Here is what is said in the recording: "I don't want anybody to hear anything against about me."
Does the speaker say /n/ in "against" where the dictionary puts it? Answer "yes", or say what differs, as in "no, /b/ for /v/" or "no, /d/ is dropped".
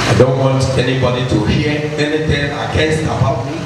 no, /n/ is dropped